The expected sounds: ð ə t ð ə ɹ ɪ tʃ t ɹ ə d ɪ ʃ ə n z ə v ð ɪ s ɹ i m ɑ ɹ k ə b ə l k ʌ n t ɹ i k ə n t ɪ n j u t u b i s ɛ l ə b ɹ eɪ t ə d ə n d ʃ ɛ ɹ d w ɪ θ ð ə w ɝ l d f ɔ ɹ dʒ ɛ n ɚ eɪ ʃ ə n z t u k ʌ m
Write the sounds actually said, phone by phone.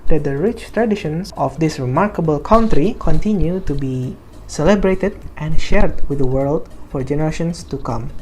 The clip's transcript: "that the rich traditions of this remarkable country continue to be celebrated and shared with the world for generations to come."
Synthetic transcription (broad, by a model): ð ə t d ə ɹ ɪ tʃ t ɹ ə d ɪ ʃ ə n s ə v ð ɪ s ɹ i m ɑ ɹ k ə b ə l k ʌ n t ɹ i k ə n t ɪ n j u t u b i s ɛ l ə b ɹ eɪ t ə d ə n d ʃ ɛ ɹ d w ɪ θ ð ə w ɝ l d f ɔ ɹ dʒ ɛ n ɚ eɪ ʃ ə n s t u k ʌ m